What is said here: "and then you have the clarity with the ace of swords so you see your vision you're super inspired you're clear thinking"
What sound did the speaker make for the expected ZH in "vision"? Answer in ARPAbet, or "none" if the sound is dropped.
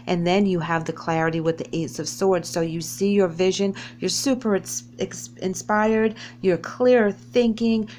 ZH